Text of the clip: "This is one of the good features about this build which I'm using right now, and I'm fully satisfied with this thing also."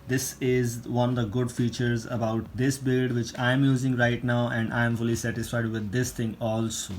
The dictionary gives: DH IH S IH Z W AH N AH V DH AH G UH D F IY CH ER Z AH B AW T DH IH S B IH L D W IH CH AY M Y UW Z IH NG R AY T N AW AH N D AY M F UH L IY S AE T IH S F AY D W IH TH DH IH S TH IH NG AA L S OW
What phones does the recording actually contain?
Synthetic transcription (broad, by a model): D IH S IH Z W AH N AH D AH G UH D F IY CH ER Z AH B AW T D IH S B IH L D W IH CH AY M Y UW Z IH NG R AY T N AW AH N D AY M F UH L IY S AE T IH S F AY D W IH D IH S T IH NG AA L S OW